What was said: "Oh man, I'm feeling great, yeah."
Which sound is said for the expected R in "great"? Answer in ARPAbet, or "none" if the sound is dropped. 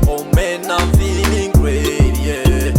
W